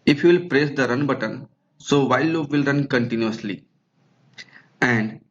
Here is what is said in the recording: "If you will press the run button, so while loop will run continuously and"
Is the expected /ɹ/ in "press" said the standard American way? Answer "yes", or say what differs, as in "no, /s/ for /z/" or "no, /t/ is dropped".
yes